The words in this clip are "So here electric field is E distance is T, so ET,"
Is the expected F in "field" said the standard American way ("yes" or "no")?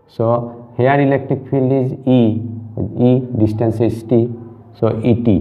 no